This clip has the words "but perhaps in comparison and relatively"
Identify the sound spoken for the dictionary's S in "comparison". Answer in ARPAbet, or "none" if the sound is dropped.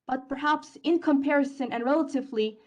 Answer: S